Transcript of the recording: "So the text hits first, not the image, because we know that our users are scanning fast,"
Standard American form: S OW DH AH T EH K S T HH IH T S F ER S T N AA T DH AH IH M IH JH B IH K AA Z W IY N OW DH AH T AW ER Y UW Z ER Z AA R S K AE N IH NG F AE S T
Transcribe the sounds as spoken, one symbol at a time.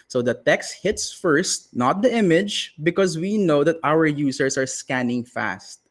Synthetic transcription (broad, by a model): S OW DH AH T EH K S T HH IH T S F ER S T N AA T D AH IH M IH JH B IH K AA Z W IY N OW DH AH T AW ER Y UW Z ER S AA R S K AE N IH NG F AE S T